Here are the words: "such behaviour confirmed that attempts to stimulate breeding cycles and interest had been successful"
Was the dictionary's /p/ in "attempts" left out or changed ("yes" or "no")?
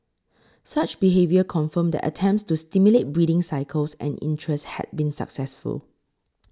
no